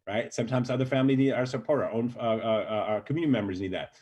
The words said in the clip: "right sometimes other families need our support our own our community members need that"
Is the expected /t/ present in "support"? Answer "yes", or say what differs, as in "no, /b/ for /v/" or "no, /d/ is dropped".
no, /t/ is dropped